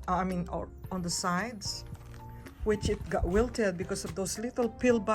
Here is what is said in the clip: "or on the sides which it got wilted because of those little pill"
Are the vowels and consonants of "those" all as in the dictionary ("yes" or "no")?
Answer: no